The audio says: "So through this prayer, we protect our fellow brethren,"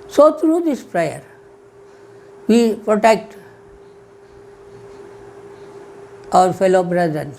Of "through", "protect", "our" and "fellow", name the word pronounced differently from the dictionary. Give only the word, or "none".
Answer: through